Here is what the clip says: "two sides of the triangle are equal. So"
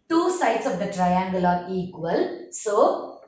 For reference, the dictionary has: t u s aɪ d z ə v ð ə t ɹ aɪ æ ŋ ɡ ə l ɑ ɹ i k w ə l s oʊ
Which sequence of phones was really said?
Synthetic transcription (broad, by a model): t u s aɪ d s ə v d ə t ɹ aɪ æ ŋ ɡ ə l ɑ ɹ i k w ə l s oʊ